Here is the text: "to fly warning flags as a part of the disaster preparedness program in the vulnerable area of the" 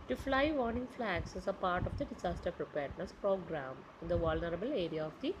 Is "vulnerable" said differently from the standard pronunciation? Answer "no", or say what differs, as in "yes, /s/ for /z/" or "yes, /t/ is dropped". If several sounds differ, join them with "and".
no